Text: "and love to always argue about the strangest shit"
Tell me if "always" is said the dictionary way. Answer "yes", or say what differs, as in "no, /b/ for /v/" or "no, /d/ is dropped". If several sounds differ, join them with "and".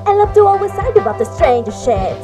no, /s/ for /z/